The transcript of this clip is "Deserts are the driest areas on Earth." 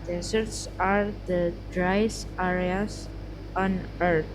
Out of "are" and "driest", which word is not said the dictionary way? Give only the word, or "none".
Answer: driest